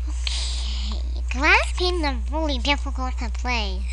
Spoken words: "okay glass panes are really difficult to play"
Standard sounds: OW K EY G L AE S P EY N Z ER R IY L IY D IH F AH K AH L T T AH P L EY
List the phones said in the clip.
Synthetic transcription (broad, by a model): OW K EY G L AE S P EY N ER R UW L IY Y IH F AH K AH T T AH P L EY